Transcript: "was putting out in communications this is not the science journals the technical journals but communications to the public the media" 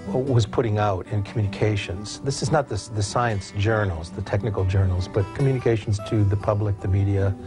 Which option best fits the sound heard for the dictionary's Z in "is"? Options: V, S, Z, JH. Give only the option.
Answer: Z